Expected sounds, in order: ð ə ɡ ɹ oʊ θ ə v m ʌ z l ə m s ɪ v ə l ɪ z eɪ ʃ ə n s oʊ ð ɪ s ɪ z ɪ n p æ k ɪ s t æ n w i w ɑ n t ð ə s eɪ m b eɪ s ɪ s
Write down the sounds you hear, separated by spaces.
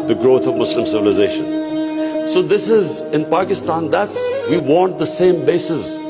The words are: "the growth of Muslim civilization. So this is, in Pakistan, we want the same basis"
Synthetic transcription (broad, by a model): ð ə ɡ ɹ oʊ t ə v m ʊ s l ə m s ɪ v ə l ɪ z eɪ ʃ ə n s oʊ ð ɪ s ɪ z ɪ n p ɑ k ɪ s t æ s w i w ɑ n t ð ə s eɪ m b eɪ s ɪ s